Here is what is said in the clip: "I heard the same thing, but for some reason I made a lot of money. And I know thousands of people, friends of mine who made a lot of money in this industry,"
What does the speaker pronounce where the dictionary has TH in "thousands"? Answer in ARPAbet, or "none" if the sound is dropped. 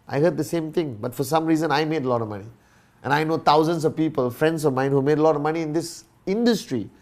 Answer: T